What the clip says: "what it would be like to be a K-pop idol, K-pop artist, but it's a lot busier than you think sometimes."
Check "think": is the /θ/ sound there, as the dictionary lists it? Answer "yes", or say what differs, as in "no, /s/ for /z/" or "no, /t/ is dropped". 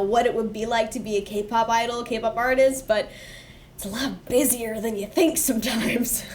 yes